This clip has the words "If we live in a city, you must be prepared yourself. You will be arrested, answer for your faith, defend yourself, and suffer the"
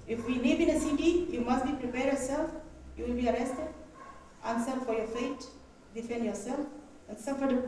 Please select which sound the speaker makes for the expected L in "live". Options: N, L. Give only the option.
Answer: N